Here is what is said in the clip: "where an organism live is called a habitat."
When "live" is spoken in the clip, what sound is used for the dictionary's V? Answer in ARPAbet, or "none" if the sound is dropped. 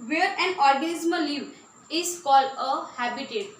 none